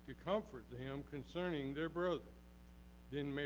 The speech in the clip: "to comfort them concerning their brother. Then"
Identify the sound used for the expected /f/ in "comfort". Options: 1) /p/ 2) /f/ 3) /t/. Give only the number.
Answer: 2